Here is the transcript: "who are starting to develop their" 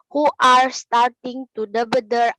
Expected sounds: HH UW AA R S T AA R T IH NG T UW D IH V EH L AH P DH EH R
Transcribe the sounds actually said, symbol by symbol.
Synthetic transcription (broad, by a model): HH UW AA R S T AA R T IH NG T UW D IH B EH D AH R